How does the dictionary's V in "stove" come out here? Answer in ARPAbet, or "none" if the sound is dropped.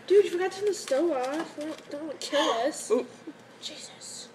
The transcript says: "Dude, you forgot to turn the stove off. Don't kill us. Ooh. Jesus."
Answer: none